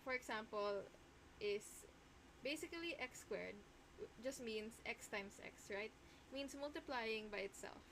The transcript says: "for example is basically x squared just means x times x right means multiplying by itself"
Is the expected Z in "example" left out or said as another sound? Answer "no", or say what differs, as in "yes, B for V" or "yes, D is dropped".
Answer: yes, S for Z